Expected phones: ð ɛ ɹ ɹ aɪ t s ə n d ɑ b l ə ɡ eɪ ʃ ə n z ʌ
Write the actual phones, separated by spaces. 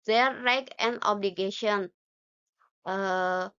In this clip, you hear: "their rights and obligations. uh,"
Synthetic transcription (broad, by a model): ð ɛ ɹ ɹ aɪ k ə n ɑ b l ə ɡ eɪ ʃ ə n ʌ